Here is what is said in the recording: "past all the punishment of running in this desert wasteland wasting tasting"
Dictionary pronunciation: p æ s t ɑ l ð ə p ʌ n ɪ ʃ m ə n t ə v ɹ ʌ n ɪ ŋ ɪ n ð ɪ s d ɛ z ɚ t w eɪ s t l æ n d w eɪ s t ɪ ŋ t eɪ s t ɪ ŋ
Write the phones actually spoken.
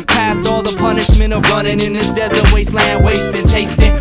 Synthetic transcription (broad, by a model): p æ s t ɑ l ð ə p ʌ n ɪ ʃ m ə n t ə v ɹ ʌ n ɪ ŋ ɪ n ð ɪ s d ɛ z ɚ t w eɪ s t l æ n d w eɪ s t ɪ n t eɪ s t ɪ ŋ